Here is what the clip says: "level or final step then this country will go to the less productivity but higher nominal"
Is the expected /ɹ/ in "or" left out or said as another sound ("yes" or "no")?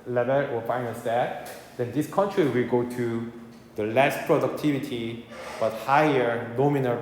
yes